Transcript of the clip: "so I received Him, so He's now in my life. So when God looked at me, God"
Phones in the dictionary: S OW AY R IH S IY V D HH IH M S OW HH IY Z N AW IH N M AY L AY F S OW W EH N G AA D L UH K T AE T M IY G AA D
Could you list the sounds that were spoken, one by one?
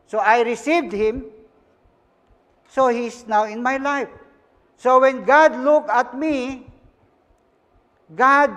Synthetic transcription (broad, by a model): S OW AY R IH S IY V D HH IH M S OW HH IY S N AW IH N M AY L AY F S OW W EH N G AA D L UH K AA T M IY G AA D